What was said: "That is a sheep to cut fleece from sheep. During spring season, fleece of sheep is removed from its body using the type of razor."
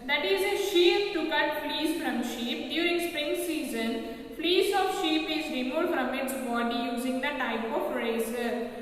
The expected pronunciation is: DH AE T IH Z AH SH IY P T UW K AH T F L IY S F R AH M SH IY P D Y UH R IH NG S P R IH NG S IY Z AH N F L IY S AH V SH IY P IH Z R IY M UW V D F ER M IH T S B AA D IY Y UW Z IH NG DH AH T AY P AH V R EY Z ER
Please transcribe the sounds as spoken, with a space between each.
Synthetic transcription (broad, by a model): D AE T IH Z AH SH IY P T UW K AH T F L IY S F R AH M SH IY P D Y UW R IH NG S P R IH NG S IY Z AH N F L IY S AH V SH IY P IH Z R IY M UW F D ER M IH T S B AA D IY Y UW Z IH NG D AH T AY P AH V R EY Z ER